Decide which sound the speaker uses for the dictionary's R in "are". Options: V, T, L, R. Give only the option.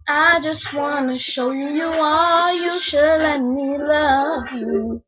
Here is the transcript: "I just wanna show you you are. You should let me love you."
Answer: L